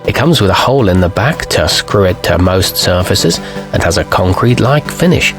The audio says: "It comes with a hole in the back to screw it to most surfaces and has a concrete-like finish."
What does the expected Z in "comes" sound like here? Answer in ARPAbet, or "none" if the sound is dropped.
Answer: Z